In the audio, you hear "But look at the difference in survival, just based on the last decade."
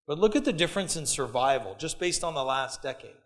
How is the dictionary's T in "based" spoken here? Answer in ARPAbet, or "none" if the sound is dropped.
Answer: T